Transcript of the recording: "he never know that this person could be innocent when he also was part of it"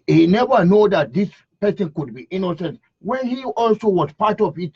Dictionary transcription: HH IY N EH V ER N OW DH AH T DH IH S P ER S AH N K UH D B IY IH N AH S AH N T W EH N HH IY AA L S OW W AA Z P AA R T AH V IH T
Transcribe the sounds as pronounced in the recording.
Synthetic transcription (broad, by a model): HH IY N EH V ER N OW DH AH T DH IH S P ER S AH N K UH D B IY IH N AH S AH N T W EH N HH IY AA L S OW W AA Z P AA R T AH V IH T